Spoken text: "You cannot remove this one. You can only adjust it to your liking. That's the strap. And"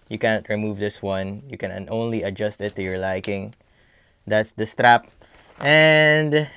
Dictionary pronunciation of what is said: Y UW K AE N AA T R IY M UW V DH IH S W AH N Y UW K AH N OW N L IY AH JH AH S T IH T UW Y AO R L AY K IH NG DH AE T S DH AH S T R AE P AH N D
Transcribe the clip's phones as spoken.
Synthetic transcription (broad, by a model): Y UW K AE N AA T R IY M UW V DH IH S W AH N Y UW K AH N OW N L IY AH JH AH S T IH T UW Y AO R L AY K IH NG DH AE T S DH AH S T R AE P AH N D